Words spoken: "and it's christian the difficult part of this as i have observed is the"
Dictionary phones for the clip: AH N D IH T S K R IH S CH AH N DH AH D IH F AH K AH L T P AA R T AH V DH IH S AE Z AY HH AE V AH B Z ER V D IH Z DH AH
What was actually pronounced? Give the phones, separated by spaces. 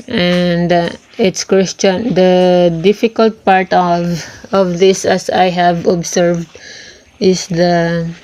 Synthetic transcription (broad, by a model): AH N D IH T S K W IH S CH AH N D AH D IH F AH K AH L T P AA R T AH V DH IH S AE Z AY HH AE V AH B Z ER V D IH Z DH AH